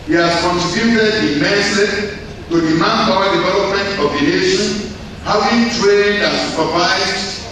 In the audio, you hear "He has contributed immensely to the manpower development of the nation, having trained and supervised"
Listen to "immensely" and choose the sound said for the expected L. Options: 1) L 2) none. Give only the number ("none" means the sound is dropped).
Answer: 2